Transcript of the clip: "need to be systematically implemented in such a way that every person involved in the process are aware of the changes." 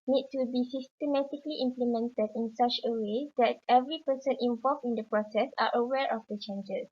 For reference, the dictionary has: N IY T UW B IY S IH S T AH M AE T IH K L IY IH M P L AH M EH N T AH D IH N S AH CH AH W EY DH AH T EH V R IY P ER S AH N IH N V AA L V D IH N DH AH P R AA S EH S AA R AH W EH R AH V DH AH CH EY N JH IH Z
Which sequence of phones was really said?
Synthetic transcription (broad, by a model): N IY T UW B IY S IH S T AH M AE T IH K L IY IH M P L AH M EH N T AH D IH N S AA CH AH W EY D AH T EH V R IY P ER S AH N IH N V AA L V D IH N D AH P R AA S EH S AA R AH W EH R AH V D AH CH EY N JH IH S